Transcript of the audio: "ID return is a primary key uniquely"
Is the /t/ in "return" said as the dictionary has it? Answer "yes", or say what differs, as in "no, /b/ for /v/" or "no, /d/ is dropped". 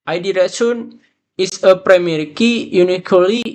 no, /s/ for /t/